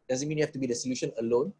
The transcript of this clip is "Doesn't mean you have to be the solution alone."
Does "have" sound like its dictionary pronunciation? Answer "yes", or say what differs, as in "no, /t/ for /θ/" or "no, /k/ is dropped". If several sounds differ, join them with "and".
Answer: no, /f/ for /v/